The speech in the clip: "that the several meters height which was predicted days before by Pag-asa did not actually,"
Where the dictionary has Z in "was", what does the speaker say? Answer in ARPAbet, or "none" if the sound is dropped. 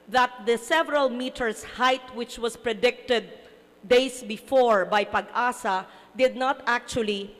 S